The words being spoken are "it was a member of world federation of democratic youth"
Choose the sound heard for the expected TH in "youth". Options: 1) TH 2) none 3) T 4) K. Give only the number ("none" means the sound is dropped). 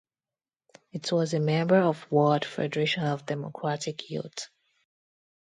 3